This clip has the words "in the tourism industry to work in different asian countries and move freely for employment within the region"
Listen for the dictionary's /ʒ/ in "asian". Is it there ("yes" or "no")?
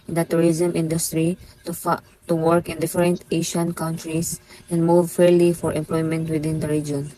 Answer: no